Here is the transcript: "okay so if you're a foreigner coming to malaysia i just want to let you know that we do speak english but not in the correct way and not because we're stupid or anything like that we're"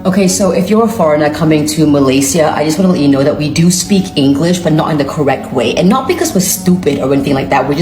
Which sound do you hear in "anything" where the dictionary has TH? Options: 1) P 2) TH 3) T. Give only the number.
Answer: 2